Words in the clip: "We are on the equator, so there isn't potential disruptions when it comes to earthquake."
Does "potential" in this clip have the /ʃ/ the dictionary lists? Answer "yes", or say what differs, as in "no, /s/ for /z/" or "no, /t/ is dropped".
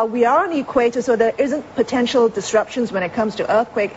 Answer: yes